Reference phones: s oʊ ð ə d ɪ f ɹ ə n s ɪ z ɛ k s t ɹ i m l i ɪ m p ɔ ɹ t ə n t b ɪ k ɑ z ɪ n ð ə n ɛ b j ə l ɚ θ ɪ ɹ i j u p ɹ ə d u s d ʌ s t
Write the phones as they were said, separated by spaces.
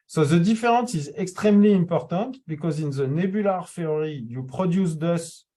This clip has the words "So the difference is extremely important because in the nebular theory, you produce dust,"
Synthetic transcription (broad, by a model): s oʊ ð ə d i f ɹ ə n s ɪ z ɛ k s t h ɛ m l i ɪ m p ɔ ɹ t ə t b ɪ k ɑ z ɪ n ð ə n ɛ b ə l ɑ f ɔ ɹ i j u p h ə d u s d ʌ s